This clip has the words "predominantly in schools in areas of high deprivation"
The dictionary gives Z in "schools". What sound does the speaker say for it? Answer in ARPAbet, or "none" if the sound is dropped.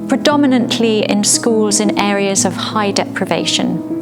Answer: Z